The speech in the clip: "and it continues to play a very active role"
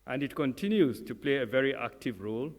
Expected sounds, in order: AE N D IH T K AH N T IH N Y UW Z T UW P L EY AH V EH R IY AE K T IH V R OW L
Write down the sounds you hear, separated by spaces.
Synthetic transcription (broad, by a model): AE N D IH T K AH N T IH N Y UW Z T UW P L EY AH V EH R IY AE K T IH V R OW L